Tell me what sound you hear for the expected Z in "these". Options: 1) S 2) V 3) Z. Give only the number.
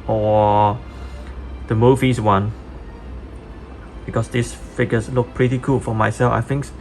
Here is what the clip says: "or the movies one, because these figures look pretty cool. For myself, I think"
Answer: 1